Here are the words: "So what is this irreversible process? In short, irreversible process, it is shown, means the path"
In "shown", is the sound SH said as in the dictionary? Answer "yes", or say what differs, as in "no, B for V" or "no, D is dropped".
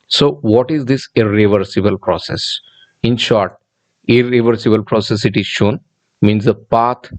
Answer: yes